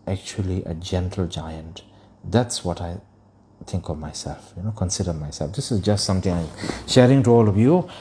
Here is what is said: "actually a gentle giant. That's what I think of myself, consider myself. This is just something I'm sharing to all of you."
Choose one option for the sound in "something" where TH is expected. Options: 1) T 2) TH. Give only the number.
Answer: 1